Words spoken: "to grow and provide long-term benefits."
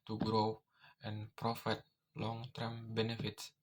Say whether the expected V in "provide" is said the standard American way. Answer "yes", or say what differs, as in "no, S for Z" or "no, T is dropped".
no, F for V